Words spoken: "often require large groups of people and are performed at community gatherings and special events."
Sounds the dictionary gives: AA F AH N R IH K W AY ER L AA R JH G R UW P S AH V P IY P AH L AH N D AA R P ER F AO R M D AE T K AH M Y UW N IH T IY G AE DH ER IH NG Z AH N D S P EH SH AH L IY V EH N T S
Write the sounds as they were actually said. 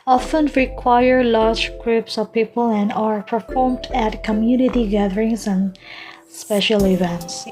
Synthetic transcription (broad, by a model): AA F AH N R IH K W AY ER L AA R JH G R UW P S AH V P IY P AH L AH N D AA R P ER F AO R M D AE T K AH M Y UW N IH T IY G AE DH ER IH NG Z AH N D S P EH SH AH L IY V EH N T S